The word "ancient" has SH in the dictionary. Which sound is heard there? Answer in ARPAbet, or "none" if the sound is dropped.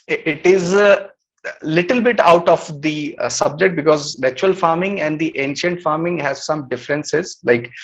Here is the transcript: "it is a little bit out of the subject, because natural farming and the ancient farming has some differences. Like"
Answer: SH